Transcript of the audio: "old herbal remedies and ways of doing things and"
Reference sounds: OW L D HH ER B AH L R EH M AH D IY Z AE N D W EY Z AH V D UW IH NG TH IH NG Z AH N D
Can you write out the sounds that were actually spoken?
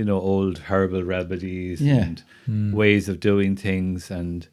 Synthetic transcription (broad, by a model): OW L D HH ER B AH L R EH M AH D IY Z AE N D W EY Z AH V D UW IH NG TH IH NG Z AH N